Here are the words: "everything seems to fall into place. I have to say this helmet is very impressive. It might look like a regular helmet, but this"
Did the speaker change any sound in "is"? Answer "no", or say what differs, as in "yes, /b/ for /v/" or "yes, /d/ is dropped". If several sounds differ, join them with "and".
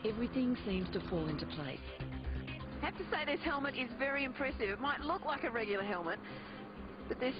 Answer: no